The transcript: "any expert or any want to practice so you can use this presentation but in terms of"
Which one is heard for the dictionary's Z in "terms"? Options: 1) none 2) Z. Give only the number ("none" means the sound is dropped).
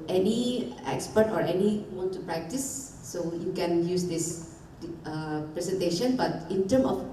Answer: 1